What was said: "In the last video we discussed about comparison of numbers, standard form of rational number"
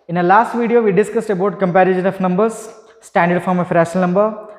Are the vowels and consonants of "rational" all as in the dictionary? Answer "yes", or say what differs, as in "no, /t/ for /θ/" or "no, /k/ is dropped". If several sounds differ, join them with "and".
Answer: no, /n/ is dropped